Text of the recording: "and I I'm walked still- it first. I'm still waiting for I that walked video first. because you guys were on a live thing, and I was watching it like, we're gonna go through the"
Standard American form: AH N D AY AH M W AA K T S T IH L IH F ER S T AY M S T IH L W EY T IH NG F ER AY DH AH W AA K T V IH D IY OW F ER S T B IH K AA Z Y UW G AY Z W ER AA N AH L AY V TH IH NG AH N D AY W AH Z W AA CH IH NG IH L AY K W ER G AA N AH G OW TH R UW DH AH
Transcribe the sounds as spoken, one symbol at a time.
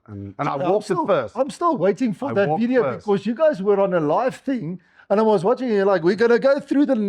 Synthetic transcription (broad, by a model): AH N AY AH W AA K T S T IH IH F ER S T AY M S T IH L W EY T IH NG F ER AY DH AH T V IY D IY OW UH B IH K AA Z Y UW G AY Z W ER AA N AH L AY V TH IH NG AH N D AY W AH Z W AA CH IH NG IH L AY K W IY G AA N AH G OW TH R UW DH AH